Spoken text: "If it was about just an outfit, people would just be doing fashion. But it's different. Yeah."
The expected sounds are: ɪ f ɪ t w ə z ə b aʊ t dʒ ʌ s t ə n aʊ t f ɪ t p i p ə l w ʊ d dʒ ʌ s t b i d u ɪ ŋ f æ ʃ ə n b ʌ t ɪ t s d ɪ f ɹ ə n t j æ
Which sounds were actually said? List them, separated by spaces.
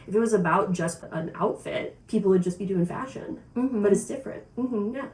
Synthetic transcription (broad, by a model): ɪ f ɪ t w ə z ə b aʊ t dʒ ʌ s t ə n aʊ t f ɪ t p i p l w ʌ d dʒ ʌ s b i d u ɪ ŋ f æ ʃ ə n b ʌ t ɪ t s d ɪ f ɹ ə n t j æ